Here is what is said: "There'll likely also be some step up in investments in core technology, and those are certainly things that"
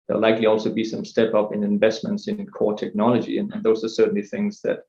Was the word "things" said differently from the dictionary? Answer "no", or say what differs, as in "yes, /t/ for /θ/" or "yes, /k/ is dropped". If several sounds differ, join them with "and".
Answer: no